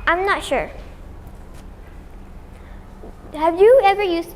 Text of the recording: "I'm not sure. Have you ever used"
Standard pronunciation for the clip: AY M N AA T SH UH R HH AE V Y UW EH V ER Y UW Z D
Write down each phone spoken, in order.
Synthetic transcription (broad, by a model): AY M N AA T SH UH R HH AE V Y UW EH V ER Y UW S